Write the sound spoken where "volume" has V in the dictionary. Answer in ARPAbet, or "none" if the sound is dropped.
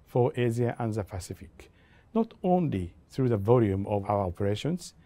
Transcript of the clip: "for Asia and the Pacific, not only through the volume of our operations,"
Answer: V